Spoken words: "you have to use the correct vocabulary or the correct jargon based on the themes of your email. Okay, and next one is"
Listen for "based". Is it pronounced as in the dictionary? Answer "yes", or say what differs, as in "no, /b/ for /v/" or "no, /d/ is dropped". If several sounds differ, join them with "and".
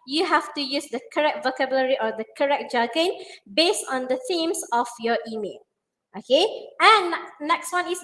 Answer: yes